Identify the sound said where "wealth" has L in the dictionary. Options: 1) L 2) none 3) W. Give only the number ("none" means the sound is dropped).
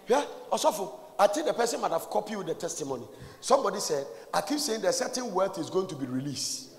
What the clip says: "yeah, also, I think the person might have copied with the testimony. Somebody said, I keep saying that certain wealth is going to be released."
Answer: 2